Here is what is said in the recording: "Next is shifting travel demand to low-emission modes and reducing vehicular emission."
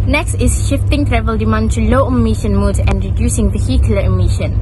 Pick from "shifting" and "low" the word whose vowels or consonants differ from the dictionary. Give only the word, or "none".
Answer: none